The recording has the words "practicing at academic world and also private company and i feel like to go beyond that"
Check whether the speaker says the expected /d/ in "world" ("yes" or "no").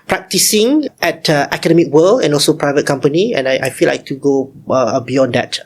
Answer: no